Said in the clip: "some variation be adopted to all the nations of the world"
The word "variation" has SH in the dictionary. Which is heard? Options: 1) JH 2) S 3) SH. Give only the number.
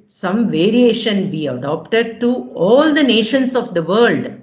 3